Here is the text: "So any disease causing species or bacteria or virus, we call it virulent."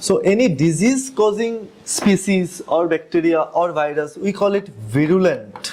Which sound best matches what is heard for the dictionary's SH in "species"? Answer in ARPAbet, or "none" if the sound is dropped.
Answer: S